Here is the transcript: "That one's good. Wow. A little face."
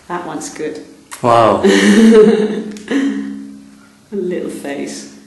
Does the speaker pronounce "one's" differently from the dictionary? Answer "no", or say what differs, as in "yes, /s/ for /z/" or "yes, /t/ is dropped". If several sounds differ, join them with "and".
yes, /s/ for /z/